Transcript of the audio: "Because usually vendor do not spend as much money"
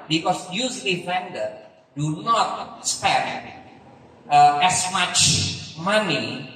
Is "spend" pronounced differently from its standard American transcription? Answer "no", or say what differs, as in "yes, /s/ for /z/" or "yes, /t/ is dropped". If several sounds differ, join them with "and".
yes, /n/ is dropped